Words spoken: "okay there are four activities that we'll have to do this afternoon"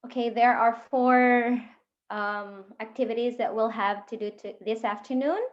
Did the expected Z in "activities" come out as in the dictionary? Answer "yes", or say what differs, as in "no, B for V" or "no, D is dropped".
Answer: yes